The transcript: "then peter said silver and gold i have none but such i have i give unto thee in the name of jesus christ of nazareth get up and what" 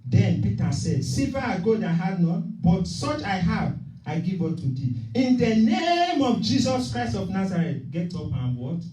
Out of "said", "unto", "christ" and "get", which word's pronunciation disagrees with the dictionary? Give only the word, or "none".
unto